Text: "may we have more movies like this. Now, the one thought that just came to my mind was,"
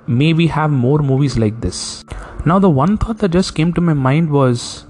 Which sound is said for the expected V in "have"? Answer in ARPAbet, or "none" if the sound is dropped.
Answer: V